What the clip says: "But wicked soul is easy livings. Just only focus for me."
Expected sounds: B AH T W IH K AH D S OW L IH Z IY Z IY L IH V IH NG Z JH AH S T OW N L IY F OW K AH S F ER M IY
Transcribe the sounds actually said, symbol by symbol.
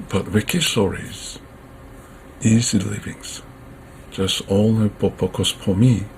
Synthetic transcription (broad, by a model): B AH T W IH K AH D S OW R IH Z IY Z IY L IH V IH NG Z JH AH S T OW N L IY P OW K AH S P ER M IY